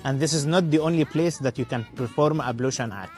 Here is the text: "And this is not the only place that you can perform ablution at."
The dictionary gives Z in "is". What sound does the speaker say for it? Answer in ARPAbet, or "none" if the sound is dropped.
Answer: Z